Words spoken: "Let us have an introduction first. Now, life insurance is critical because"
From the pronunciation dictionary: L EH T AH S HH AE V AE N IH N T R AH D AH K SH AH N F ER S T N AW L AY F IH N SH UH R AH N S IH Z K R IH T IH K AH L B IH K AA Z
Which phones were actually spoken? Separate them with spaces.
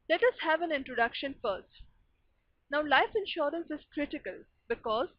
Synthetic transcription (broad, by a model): L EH T AH S HH AE V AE N IH N T R AH D AH K SH AH N F ER S T N AW L AY F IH N SH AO R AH N S IH Z K R IH T IH K AH L B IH K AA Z